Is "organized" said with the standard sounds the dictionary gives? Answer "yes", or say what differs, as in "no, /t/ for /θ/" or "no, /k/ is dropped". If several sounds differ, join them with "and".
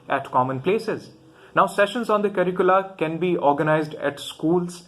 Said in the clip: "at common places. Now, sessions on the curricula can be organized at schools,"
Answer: yes